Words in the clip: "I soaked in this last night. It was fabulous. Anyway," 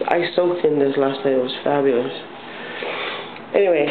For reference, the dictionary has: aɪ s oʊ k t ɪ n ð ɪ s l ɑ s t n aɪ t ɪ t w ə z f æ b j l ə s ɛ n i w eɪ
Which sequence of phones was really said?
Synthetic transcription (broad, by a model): aɪ s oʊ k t ɪ n ð ɪ s l ɑ s t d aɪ ɪ t w ə z f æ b j l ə s ɛ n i w eɪ